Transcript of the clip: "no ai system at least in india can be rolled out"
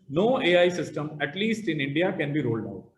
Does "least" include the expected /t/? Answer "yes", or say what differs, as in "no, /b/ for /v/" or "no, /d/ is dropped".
yes